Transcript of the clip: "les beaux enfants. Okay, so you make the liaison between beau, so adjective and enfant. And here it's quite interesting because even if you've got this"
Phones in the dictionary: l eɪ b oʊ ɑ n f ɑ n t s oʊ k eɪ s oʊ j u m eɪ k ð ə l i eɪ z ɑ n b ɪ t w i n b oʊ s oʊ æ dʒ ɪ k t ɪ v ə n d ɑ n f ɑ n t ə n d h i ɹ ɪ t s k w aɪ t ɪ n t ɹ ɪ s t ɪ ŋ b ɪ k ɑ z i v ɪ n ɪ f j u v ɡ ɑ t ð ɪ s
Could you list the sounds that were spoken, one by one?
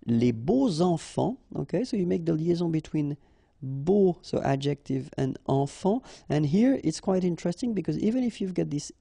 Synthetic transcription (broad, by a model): l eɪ b oʊ ɑ f ɑ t oʊ k eɪ s oʊ j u m eɪ k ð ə l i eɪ z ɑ b ɪ t w i n b oʊ s oʊ æ dʒ ɪ k t ɪ v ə n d ɑ f ɑ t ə n h i ɹ ɪ t s k w aɪ t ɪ n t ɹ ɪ s t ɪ ŋ b ɪ k ɑ z i v ɪ n ɪ f j u v ɡ ɑ t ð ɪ s